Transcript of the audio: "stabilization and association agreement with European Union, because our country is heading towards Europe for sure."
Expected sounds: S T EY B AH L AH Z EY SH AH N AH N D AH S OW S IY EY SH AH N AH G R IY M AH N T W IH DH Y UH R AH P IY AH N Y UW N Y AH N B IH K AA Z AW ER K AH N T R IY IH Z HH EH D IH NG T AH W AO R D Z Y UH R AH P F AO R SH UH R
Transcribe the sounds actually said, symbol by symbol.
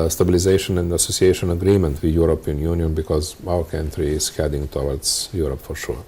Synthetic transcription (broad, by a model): S T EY B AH L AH Z EY SH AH N AH N D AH S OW S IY EY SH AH N AH G R IY M AH N T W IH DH Y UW R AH P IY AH N Y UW N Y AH N B IH K AA Z AW ER K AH N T R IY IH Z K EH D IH NG T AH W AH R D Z Y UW R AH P F AO R SH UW R